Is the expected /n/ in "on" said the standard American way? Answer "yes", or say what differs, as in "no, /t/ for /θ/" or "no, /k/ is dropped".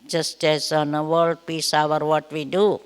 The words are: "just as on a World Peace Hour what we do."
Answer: yes